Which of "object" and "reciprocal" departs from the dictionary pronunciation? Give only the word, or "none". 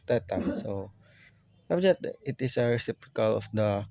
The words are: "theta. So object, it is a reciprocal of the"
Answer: object